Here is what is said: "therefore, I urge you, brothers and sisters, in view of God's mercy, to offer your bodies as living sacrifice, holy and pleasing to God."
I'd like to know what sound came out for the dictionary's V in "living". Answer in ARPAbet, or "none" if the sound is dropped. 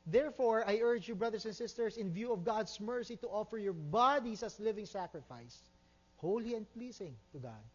V